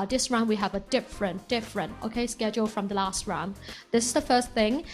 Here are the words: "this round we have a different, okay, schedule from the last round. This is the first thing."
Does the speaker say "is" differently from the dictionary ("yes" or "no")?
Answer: no